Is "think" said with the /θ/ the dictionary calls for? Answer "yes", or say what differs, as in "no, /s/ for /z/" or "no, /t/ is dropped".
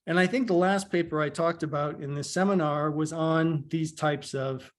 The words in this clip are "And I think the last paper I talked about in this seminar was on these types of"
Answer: yes